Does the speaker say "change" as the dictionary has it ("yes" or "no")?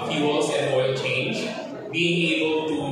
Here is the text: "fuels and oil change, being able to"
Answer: yes